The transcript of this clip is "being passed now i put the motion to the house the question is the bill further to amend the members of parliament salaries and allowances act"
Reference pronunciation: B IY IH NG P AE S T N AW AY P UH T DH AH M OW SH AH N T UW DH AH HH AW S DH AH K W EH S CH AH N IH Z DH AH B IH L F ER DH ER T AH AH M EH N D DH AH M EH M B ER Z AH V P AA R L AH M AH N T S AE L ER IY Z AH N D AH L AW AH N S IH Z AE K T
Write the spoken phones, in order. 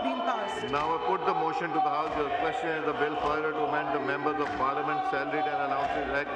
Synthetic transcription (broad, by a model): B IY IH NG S N AW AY P UH T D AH M OW SH AH N T UW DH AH HH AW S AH K W EH S CH AH N IH Z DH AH B IH L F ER IH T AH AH M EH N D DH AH M EH M B ER Z AH V P AA R L AH M AH N T S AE L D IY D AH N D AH N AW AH N S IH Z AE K